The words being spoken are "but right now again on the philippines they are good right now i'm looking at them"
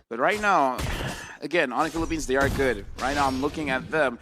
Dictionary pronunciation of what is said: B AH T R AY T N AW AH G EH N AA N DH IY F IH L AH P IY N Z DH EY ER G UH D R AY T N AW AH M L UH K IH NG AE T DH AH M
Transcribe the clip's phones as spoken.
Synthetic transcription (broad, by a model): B AH T R AY T N AW AH G EH N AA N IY F IH L AH P IY N Z DH EY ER G UH D R AY T N AW AH M L UH K IH NG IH T DH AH M